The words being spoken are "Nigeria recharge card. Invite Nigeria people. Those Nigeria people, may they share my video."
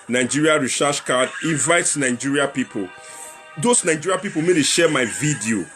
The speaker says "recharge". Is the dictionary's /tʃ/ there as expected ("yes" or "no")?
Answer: no